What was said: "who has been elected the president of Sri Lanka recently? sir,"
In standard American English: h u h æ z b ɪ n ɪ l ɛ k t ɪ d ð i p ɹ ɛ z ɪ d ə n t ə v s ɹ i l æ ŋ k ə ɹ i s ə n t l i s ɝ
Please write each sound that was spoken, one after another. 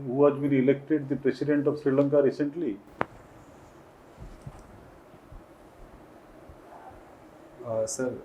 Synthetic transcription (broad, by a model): h u h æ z b ɪ n ɪ l ɛ k t ɪ d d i p ɹ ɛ s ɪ d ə n t ə v s ɹ i l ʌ ŋ k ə ɹ i s ə n t l i s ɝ